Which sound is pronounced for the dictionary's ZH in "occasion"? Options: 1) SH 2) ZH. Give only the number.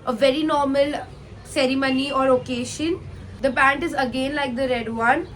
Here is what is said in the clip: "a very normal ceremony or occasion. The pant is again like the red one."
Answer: 1